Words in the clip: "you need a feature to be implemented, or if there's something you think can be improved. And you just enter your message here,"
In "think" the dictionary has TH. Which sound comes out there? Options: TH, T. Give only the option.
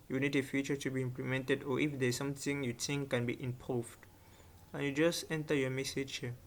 T